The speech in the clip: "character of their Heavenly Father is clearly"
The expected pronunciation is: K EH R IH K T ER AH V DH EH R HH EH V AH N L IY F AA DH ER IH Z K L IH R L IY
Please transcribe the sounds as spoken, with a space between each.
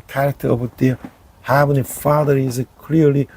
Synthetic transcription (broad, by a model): K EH R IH K T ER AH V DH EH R HH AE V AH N IY F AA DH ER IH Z K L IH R L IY